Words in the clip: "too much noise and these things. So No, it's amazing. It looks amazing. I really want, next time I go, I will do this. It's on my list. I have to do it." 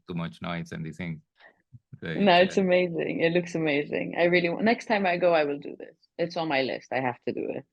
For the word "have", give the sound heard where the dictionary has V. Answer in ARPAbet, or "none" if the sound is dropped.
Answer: F